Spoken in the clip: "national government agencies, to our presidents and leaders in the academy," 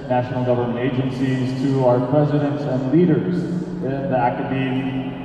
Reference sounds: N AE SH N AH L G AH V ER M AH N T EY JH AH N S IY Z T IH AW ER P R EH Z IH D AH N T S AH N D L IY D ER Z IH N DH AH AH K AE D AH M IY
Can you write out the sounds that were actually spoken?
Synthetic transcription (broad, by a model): N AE SH N L G AH V ER M AH N T EY JH AH N S IY Z T IH AW ER P R EH Z IH D AH N T S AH N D L IY D ER Z IH N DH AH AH K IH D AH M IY